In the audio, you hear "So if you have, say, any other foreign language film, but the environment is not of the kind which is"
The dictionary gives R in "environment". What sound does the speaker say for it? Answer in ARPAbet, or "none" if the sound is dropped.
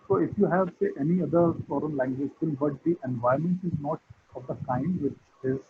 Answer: none